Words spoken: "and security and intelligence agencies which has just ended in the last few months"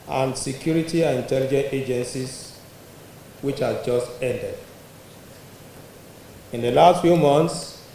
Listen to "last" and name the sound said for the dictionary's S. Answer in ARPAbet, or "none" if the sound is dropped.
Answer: S